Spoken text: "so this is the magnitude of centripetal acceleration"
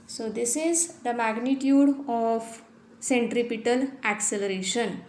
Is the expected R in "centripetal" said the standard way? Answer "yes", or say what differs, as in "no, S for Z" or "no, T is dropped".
yes